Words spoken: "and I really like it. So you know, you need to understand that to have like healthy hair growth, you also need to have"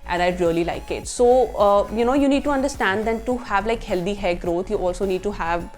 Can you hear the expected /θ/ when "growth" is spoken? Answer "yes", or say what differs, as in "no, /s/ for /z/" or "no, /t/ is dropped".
no, /t/ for /θ/